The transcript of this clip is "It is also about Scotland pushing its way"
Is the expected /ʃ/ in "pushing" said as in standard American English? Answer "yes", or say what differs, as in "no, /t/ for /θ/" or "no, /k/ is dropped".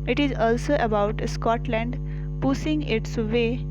no, /s/ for /ʃ/